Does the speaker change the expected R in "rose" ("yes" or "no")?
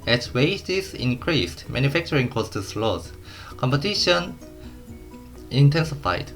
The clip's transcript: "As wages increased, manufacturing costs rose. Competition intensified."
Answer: yes